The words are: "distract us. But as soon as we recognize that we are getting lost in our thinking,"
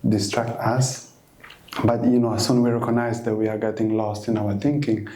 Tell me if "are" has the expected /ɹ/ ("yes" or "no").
yes